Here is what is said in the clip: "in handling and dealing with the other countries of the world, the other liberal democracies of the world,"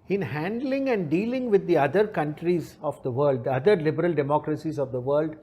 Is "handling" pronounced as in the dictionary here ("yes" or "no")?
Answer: yes